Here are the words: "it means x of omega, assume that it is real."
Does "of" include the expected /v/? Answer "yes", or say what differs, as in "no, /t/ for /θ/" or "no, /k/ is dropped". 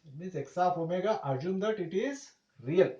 no, /p/ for /v/